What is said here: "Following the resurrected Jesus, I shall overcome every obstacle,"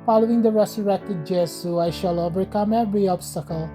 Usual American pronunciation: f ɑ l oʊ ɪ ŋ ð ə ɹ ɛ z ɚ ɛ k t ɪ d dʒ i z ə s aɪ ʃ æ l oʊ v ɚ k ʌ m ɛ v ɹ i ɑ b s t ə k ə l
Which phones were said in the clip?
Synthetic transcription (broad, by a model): f ɑ l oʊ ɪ ŋ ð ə ɹ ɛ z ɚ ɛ k t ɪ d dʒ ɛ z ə aɪ ʃ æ l oʊ v ɚ k ʌ m ɛ v ɹ i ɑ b s t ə k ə l